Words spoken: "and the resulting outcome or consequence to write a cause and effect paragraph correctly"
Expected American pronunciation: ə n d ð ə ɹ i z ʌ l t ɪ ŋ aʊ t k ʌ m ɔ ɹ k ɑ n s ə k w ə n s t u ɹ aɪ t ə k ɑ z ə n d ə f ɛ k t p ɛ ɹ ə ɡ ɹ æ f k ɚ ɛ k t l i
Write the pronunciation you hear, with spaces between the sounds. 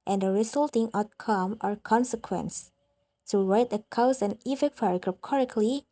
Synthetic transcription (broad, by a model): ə n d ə ɹ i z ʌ l t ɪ ŋ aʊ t k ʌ m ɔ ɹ k ɑ n s ə k w ə n s t u ɹ aɪ t ə k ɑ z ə n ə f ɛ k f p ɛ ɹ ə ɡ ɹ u p k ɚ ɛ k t l i